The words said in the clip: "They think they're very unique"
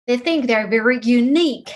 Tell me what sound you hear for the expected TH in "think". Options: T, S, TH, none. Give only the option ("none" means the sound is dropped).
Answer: TH